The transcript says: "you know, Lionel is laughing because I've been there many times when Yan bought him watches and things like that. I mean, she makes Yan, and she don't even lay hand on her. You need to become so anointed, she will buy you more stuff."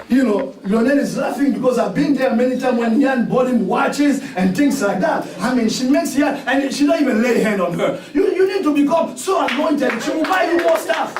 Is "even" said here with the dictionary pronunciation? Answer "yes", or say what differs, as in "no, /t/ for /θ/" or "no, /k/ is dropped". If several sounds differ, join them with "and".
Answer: yes